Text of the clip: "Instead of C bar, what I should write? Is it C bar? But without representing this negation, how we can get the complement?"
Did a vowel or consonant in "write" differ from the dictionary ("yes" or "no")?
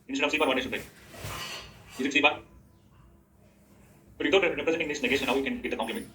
yes